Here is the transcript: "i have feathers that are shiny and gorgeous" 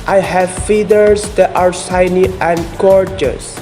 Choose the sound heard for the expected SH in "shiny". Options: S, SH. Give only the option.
S